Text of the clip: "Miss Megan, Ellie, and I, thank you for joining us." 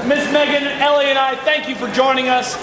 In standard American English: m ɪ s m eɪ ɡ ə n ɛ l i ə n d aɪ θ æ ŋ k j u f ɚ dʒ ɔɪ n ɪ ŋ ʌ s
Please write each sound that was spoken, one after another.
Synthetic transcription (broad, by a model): m ɪ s m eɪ ɡ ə n ɛ l i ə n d aɪ θ æ ŋ k j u f ɚ dʒ ɔɪ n ɪ ŋ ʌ s